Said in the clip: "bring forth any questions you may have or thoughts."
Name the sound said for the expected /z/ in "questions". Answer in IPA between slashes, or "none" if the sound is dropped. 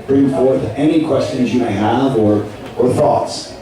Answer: /z/